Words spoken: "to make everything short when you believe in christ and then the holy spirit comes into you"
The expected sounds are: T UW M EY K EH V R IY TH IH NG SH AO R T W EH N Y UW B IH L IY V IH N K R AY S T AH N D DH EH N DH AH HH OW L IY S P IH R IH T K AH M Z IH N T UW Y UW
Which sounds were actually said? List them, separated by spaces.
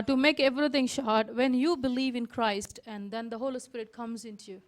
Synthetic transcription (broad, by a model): T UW M EY K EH V R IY T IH NG SH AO R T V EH N Y UW B IH L IY V IH N K R AY S T AH N D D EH N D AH HH OW L IY S P IH R IH T K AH M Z IH N T UW Y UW